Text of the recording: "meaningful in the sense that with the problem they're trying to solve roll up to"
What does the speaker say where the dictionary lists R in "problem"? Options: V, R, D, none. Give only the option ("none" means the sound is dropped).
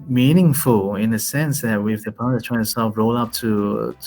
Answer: none